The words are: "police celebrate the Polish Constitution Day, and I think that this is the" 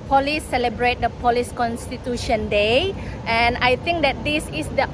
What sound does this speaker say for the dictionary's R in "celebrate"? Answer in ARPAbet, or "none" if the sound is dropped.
R